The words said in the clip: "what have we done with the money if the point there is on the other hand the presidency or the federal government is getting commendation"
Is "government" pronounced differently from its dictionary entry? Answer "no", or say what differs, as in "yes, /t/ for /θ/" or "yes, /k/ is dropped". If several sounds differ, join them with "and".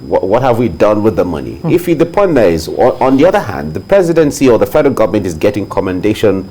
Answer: no